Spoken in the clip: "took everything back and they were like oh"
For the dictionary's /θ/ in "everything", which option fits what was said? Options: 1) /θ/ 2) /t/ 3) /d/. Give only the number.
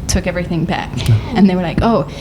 1